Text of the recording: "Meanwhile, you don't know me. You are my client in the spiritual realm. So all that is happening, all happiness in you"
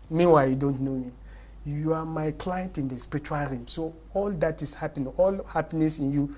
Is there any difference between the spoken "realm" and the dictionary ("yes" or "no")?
yes